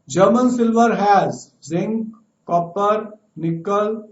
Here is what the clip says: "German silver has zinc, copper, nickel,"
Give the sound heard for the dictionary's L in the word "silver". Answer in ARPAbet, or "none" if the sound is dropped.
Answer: L